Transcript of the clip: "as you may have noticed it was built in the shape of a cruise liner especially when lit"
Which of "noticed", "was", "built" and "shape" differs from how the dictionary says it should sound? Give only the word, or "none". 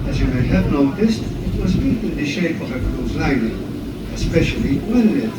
built